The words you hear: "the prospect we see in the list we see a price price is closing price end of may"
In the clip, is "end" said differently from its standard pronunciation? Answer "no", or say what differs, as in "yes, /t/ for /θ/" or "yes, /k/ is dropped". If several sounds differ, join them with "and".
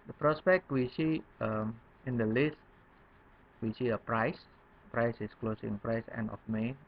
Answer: yes, /d/ is dropped